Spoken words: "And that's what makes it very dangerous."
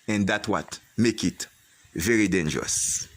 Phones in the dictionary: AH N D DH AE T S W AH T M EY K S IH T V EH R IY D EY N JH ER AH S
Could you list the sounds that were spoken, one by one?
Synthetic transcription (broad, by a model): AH N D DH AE T W AH T M EY K IH T V EH R IY D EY N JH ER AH S